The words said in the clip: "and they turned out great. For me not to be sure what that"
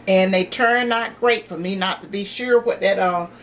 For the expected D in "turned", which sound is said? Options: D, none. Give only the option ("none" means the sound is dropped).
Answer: none